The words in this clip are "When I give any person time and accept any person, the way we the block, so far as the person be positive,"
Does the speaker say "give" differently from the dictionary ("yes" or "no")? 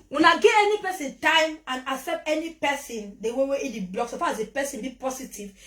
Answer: yes